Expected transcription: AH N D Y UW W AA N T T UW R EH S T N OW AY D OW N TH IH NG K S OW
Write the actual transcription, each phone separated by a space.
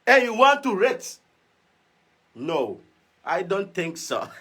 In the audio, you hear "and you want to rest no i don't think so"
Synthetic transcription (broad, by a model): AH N Y UW W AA N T T UW R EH T N OW AY D OW N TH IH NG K S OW